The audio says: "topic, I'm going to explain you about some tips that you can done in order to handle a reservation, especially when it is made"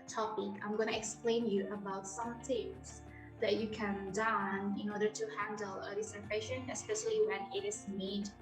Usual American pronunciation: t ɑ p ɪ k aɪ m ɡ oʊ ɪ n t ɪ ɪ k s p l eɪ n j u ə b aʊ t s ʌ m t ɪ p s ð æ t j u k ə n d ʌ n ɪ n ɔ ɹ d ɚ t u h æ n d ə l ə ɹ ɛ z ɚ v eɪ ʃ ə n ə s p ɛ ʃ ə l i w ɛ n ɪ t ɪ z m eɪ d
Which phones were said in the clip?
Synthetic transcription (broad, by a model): t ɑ p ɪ k aɪ m ɡ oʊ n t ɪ ɪ k s p l eɪ n j u ə b aʊ t s ʌ m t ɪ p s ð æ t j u k ə n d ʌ n ɪ n ɔ ɹ d ɚ t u h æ n d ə l ə l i s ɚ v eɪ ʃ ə n ə s p ɛ ʃ ə l i w ɛ n ɪ t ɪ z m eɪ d